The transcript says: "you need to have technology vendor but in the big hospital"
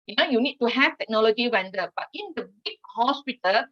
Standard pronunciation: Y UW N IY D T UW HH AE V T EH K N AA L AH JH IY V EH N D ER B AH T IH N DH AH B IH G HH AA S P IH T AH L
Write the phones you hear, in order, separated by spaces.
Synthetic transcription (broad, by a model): Y UW N IY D T UW HH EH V T EH K N AA L AH JH IY W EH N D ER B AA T IH N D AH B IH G HH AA S P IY T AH L